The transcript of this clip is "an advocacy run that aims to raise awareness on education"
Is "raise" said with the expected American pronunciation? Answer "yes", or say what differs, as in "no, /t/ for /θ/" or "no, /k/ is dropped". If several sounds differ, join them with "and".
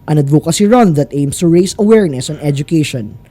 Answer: no, /s/ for /z/